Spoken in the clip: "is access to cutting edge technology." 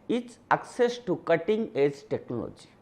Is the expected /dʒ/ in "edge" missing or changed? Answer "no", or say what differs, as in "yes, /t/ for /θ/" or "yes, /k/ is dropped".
yes, /z/ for /dʒ/